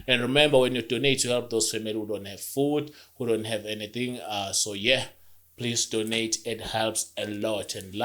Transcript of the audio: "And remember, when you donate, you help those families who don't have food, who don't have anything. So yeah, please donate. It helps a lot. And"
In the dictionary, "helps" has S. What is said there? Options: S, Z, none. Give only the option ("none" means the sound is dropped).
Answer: S